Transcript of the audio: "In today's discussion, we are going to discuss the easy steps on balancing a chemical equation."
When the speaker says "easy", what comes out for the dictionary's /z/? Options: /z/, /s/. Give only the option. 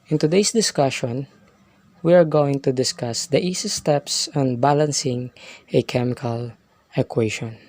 /s/